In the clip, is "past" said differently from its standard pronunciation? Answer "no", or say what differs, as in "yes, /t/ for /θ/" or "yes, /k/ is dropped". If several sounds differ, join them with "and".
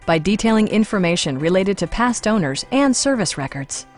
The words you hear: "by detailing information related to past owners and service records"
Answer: no